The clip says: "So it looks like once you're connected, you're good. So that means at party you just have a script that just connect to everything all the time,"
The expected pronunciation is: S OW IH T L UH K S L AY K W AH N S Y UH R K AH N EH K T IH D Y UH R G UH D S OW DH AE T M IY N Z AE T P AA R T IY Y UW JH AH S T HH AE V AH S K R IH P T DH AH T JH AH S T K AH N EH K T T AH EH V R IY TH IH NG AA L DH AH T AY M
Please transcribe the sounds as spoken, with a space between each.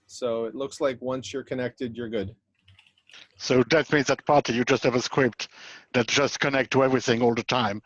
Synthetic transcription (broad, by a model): S OW IH T L UH K S L AY K W AH N S Y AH R K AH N EH K T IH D Y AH R G UH D S OW DH AE T M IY N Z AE T P AA R T IY Y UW JH AH S T HH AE V AH S K W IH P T DH AH T JH AH S T K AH N EH K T T AH EH V R IY TH IH NG AA L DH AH T AY M